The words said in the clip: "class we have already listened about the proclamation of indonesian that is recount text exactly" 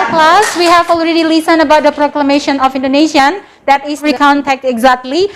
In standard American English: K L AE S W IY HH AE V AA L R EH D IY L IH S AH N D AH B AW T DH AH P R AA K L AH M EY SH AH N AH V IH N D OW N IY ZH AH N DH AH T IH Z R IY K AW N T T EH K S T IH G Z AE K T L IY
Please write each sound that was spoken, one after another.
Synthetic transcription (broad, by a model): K L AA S W IY HH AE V AA L R EH D IY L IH S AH N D AH B AW T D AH P R AA K L AH M EY SH AH N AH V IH N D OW N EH SH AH N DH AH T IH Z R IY K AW N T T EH K T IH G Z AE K T L IY